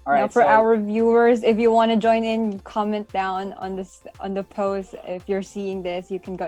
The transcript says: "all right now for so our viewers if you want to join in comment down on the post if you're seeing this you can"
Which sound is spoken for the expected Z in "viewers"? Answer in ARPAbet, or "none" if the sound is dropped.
Z